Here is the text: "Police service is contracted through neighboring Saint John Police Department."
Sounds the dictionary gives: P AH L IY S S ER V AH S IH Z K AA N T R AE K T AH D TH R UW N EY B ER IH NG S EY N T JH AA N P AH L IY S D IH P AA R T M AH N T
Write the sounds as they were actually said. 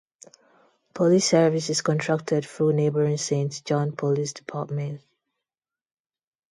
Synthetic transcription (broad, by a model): P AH L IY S S ER V AH S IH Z K AA N T R AE K T AH D F R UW N EY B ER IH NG S EY N T JH AA N P AH L IY S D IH P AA T M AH N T